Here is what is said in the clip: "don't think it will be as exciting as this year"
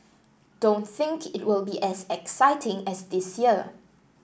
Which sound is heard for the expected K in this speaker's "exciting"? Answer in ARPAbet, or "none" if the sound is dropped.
K